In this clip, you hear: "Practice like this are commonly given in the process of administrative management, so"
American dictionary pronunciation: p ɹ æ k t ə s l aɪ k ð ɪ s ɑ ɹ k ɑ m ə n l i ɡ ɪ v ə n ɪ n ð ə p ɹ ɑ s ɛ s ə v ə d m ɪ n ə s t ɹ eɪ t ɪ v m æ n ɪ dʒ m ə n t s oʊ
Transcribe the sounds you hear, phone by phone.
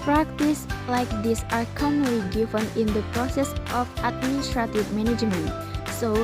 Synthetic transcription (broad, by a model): p ɹ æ k t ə s l aɪ k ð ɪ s ɑ ɹ k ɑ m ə l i ɡ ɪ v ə n ɪ n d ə p ɹ ɑ s ɛ s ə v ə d m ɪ n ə s t ɹ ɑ t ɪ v m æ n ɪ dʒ m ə n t s oʊ